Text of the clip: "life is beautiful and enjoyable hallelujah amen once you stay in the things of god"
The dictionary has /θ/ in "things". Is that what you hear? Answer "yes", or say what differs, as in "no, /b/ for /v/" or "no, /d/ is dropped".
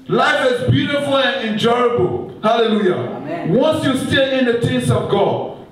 no, /t/ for /θ/